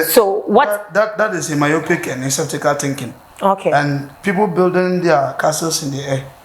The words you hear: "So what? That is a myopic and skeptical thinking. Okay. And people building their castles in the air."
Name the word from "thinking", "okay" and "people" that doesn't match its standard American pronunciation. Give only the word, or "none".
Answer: thinking